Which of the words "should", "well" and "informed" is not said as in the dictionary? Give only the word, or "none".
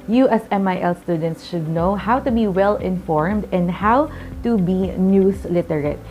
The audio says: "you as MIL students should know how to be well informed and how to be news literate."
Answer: none